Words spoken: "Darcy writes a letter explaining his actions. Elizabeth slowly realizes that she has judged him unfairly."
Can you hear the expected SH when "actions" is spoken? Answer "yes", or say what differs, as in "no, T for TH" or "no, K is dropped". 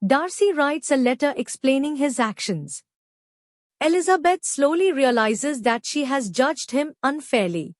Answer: yes